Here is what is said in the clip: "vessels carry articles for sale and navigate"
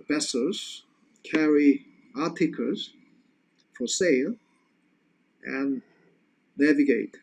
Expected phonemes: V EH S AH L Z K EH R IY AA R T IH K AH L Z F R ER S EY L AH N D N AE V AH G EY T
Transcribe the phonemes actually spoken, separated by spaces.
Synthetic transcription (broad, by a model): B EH S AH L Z K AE R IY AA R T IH K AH Z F R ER S EY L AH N N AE V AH G EY T